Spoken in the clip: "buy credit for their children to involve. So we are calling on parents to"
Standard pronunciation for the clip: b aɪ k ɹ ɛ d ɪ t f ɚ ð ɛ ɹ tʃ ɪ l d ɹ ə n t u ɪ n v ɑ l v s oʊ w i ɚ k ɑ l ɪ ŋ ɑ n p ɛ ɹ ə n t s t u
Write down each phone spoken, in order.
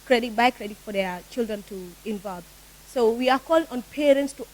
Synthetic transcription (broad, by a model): b aɪ k ɹ ɛ d ɪ t f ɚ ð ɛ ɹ tʃ ɪ l d ɹ ə n t u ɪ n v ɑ l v s oʊ w i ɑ k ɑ l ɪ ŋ ɑ n p ɛ ɹ ə n t s t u